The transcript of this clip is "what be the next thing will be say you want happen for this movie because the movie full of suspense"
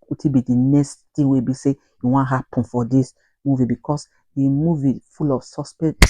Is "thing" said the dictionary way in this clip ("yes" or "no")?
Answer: no